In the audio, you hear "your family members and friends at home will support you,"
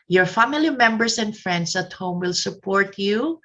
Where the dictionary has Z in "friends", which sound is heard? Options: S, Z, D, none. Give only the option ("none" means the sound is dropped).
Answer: S